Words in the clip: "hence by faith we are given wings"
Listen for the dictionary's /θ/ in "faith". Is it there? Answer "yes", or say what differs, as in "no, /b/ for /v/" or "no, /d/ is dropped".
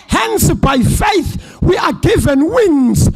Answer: yes